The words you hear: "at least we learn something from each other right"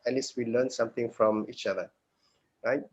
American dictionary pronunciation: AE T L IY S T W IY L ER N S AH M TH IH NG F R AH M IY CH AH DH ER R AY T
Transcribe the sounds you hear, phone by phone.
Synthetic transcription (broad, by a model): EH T L IY S T W IY L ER N S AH M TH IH NG F R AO M IY CH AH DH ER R AY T